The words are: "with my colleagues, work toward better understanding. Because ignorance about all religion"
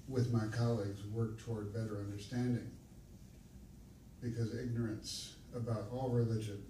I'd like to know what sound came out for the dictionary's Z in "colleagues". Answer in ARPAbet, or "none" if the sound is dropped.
Z